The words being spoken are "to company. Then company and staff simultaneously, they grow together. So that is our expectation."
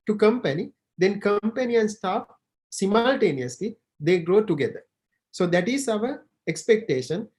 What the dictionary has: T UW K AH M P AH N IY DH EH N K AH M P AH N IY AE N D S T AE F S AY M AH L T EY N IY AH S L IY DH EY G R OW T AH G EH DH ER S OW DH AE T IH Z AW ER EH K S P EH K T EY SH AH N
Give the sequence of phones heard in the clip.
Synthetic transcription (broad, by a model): T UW K AH M P AH N IY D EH N K AH M P AH N IY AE N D S T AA P S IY M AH L T EY N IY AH S L IY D EY G R OW T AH G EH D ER S OW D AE T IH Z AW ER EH K S P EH K T EY SH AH N